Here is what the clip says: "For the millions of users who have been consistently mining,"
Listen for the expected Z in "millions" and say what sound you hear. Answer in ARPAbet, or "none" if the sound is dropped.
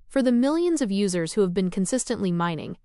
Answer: Z